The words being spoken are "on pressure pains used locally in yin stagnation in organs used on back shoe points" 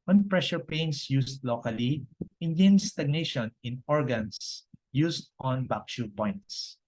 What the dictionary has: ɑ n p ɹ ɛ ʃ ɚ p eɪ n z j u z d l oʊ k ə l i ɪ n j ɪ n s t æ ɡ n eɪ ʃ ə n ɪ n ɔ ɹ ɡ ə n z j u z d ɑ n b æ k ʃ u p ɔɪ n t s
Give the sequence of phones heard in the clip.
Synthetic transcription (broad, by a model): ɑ n p ɹ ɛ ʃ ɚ p eɪ n s j u s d l oʊ k ə l i ɪ n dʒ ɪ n s t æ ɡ n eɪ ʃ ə n ɪ n ɔ ɹ ɡ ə n s j u s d ɑ n b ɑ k ʃ u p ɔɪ n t s